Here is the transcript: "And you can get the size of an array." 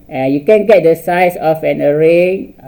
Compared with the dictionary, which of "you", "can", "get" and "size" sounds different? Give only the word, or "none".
size